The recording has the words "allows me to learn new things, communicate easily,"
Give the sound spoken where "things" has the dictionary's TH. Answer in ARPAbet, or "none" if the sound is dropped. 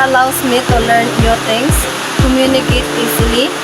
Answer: T